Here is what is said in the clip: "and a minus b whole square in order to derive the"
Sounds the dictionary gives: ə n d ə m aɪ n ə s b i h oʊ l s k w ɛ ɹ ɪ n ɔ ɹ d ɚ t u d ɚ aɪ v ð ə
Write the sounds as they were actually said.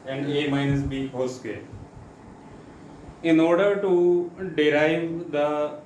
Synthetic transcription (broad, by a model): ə n d ə m aɪ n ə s b i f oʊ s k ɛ l ɪ n ɔ ɹ d ɚ t u d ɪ aɪ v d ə